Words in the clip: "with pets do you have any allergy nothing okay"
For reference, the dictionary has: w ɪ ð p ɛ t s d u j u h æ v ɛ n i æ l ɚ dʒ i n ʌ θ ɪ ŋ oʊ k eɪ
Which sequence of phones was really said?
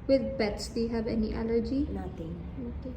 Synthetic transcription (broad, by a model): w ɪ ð b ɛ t s d u j u h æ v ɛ n i æ l ɚ dʒ i n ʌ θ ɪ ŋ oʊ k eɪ